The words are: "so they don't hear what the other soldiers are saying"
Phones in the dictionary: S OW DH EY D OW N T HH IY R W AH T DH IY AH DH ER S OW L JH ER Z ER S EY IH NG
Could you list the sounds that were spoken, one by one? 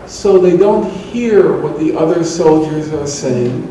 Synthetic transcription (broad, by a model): S OW DH EY D OW N T HH IY R W AH T DH IY AH DH ER S OW L JH ER Z ER S EY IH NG